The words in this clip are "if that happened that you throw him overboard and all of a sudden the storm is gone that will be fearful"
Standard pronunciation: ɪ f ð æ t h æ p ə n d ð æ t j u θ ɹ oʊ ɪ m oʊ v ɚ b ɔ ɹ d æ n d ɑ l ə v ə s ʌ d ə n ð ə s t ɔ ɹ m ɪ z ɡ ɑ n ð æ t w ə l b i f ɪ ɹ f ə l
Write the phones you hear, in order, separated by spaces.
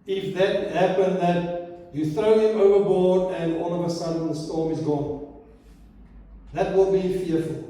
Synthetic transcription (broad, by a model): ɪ f ð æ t h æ p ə n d ð æ t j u θ ɹ oʊ ɪ m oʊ v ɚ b ɔ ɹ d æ n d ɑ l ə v ə s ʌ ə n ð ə s t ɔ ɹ m ɪ z ɡ ɑ n ð æ t w ə l b i f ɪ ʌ f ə l